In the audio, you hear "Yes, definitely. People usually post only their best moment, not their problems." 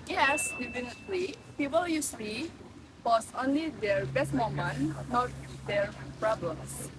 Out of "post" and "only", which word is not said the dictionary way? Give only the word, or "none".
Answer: post